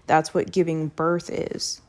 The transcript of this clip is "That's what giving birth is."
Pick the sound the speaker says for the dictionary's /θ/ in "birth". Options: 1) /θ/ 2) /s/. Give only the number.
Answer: 1